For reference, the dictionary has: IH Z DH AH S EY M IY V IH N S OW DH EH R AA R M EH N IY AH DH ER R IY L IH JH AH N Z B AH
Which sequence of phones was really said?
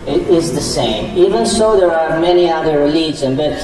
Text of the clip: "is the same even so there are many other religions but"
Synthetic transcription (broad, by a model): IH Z DH AH S EY M IY V IH N S OW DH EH R AA R M EH N IY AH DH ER R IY L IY Z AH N B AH